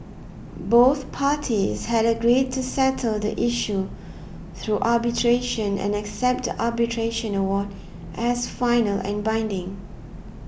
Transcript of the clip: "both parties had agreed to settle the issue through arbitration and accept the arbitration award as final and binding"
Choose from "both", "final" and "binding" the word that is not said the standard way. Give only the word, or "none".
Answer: none